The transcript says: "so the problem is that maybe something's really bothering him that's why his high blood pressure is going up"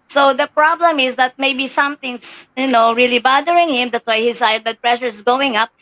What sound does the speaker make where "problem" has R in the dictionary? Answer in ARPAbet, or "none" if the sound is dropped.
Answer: R